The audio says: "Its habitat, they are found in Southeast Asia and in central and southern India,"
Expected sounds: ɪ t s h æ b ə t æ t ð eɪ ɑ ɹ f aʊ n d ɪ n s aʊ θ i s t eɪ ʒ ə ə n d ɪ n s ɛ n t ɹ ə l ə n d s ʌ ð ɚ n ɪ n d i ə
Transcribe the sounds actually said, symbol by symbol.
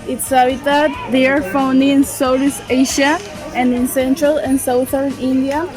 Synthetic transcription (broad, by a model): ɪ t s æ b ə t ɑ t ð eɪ ɑ ɹ f aʊ n d ɪ n s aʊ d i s eɪ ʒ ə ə n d ɪ n s ɛ n t ɹ ə l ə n s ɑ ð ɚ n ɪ n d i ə